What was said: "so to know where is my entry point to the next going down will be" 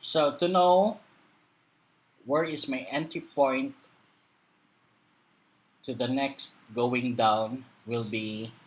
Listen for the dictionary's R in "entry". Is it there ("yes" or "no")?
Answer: no